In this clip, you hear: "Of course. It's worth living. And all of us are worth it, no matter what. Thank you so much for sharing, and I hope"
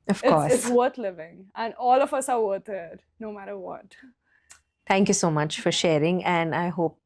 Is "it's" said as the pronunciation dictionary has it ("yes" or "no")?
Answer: no